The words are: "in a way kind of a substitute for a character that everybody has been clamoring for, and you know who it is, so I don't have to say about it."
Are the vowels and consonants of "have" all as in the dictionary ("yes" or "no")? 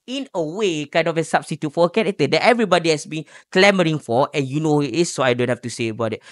no